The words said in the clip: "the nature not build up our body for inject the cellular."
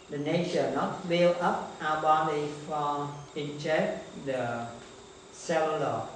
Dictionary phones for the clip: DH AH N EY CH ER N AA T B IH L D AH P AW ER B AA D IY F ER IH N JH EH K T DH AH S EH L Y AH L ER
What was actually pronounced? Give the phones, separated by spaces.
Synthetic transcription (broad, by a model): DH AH N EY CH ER N AA T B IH L AH P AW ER B AA D IY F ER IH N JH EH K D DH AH S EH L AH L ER